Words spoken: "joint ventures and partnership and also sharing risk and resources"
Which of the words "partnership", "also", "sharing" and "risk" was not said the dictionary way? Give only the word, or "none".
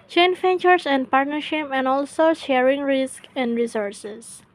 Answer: none